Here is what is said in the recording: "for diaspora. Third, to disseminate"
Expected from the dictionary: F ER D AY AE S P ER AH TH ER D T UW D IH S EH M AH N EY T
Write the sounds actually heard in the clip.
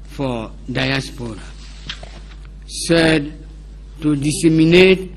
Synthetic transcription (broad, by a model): F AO D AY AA S P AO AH S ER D T UW D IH S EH M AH N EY T